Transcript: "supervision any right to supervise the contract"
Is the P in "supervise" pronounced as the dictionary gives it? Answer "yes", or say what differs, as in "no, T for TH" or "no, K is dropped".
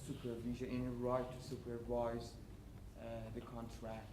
yes